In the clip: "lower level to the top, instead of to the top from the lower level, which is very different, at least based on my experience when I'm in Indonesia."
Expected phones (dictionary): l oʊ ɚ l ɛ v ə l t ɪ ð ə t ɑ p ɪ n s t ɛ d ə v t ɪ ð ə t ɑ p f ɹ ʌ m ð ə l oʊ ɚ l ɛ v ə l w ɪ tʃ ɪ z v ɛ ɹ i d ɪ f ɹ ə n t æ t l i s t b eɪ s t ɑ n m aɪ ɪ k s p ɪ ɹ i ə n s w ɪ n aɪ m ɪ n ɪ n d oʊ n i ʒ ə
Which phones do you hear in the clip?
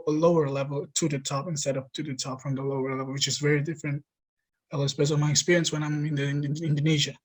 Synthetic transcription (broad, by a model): l oʊ ɚ l ɛ v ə l t ɪ ð ə t ɑ p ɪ n s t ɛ d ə p t ɪ ð ə t ɑ p f ɹ ʌ m ð ə l oʊ ɚ l ɛ v l w ɪ tʃ ɪ z v ɛ ɹ i d ɪ f ɹ ə n t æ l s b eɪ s ɑ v m aɪ ɪ k s p ɪ ɹ i ə n s w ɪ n aɪ m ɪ n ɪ n d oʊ n i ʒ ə